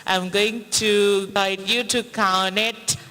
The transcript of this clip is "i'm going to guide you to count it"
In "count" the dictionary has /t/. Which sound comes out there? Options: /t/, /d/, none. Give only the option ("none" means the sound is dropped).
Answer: none